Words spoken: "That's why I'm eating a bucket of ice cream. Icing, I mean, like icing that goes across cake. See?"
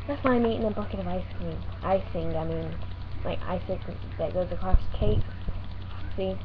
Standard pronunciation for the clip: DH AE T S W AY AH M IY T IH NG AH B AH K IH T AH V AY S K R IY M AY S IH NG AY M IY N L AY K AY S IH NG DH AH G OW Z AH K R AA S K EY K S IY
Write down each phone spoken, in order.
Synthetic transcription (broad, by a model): DH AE T S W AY AH M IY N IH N B AH K IH T AH V AY S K IY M AY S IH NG AY M IY N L AY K AY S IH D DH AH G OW Z AH K R AA S K EY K S IY